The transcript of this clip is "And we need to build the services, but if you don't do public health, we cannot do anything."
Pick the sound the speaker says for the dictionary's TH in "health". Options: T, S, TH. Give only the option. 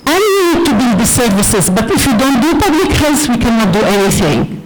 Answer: S